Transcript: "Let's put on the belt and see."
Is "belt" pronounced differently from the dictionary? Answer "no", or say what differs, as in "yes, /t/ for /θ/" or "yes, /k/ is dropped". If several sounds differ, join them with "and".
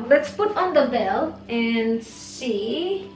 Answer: yes, /t/ is dropped